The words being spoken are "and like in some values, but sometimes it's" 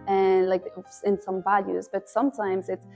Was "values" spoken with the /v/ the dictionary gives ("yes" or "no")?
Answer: yes